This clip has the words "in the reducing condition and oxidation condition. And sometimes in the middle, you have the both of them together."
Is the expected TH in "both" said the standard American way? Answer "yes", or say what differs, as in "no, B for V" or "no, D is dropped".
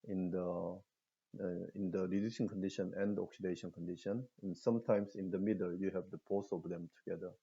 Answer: no, S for TH